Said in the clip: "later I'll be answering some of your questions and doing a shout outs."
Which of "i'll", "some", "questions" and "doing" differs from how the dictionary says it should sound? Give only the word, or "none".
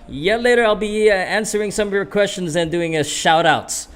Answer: none